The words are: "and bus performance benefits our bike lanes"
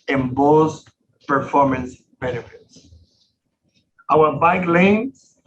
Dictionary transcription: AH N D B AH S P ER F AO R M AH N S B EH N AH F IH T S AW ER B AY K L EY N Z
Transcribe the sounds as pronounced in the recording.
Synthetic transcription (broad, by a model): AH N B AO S P ER F AO R M AH N S B EH N AH F IH T S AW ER B AY K L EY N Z